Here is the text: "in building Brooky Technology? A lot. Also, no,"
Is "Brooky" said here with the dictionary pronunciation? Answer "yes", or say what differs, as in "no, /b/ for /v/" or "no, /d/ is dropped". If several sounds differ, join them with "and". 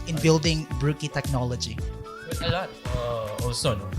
yes